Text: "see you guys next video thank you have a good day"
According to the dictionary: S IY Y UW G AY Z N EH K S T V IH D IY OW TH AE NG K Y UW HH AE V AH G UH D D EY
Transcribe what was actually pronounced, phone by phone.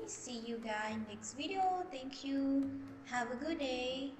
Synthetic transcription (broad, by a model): S IY Y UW G AY N EH K S T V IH D IY OW TH AE NG K Y UW HH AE V AH G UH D D EY